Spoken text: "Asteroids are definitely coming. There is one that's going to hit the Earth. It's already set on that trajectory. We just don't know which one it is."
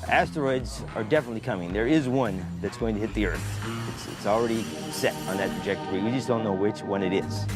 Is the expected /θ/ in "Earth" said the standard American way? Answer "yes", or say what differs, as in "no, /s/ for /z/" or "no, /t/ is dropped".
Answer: yes